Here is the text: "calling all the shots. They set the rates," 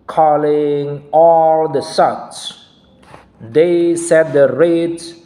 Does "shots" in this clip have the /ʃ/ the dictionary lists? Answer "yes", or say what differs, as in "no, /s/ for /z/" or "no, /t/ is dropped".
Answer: no, /s/ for /ʃ/